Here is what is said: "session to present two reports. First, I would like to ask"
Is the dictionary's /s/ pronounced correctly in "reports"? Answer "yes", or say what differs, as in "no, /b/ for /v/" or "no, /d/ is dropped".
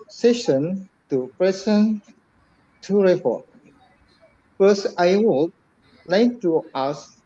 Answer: no, /s/ is dropped